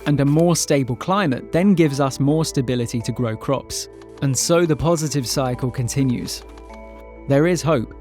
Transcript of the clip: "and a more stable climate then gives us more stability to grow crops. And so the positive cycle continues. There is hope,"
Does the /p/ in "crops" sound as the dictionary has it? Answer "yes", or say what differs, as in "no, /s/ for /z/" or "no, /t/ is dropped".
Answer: yes